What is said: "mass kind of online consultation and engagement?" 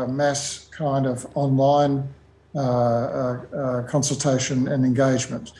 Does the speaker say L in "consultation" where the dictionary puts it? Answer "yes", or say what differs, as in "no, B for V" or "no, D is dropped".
yes